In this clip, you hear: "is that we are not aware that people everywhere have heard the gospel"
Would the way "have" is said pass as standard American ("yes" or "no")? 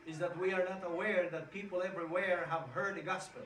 yes